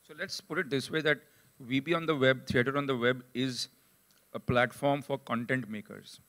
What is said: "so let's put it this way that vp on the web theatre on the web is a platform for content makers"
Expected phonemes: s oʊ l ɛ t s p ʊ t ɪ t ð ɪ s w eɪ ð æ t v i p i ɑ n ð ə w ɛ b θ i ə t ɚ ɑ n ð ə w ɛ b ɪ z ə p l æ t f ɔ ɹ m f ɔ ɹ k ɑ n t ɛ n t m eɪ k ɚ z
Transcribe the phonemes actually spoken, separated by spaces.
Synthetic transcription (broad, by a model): s oʊ l ɛ t s p ʊ t ɪ t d ɪ s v eɪ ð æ t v i b i ɑ n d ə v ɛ b t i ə t ɚ ɑ n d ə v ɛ b ɪ z ə p l æ t f ɔ ɹ m f ɔ ɹ k ɑ n t ɛ n t m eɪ k ɚ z